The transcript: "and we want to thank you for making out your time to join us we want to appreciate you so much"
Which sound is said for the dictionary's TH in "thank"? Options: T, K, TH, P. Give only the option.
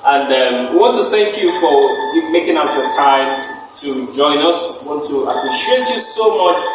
TH